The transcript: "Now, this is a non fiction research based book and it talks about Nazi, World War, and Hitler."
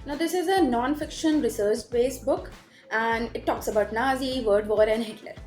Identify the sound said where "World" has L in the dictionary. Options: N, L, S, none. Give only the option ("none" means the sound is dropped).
none